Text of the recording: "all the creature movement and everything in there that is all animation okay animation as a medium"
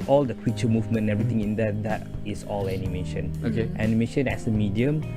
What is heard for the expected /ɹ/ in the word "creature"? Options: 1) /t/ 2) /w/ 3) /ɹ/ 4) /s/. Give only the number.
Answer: 2